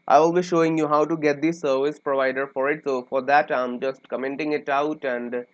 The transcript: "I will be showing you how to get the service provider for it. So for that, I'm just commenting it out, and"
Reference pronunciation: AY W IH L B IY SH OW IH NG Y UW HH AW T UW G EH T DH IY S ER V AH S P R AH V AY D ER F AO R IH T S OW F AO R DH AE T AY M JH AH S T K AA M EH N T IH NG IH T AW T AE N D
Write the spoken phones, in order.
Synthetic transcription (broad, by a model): AY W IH L B IY SH OW IH NG Y UW HH AW T UW G EH T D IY S ER V AH S P R AH V AY D ER F AO R IH T S OW F AO R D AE T AY M JH AH S T K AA M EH N T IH NG IH T AW T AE N D